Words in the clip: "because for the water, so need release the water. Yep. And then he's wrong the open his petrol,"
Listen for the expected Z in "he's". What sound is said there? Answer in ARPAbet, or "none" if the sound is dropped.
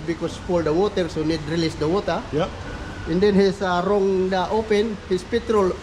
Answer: S